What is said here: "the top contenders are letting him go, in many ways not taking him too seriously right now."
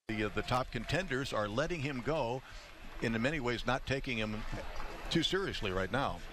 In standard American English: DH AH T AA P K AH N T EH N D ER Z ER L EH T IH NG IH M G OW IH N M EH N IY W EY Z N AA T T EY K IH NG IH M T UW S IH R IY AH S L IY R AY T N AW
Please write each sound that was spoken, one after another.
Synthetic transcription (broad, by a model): DH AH T AA P K AH N T EH N D ER Z ER L EH T IH NG IH M G OW IH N M EH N IY W EY Z N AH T T EY K IH NG IH M T UW S IH R IY AH S L IY R AY T N AW